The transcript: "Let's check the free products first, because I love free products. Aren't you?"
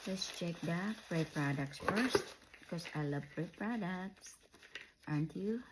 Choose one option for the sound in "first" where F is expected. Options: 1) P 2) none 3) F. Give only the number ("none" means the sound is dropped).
3